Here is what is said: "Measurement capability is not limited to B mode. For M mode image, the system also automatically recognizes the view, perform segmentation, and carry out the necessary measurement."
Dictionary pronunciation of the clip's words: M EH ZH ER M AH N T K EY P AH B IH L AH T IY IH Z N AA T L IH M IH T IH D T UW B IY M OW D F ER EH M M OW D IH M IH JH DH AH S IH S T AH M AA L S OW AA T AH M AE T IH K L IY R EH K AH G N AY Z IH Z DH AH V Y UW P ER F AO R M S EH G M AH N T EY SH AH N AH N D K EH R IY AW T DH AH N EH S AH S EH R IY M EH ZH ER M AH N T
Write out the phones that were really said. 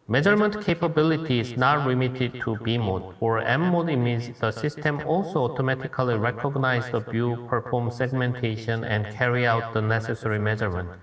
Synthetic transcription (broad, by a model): M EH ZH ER M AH N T K EY P AH B IH L AH T IY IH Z N AA T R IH M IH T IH D T UW B IY M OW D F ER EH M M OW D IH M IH Z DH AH S IH S T AH M AA L S OW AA T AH M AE T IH K L IY R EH K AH G N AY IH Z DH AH B Y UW P ER F AO R M S EH G M AH N T EY SH AH N AH N D K EH R IY AW T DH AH N EH S AH S EH R IY M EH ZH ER M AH N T